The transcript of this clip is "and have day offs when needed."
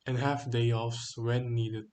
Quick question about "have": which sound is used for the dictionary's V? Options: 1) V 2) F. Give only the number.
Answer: 2